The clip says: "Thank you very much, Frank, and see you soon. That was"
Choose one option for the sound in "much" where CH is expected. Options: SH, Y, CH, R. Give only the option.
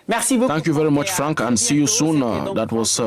CH